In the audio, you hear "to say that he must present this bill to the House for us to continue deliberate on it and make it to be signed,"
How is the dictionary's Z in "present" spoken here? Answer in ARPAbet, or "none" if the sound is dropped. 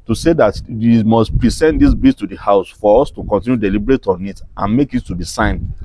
S